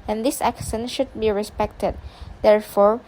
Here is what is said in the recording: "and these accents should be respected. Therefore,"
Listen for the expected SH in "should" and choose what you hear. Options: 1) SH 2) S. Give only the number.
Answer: 1